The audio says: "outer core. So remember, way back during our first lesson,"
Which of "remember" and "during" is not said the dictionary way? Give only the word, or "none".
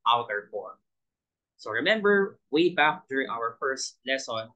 none